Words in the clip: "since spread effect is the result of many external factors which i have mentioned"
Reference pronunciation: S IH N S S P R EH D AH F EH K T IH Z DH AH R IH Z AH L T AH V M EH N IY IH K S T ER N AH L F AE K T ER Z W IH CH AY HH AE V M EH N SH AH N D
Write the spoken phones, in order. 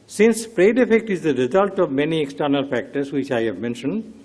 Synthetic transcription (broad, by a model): S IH N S S P R EH D AH F EH K T IH Z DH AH R IH Z AH L T AH V M EH N IY IH K S T ER N AH L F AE K T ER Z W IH CH AY HH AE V M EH N SH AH N D